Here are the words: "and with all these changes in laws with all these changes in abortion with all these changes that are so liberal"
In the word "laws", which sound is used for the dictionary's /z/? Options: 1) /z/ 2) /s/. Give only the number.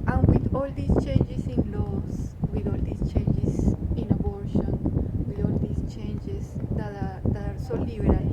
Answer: 2